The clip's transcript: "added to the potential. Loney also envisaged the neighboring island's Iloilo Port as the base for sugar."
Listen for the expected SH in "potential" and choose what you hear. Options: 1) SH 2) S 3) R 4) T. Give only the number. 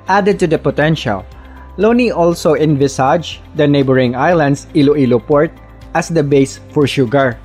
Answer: 1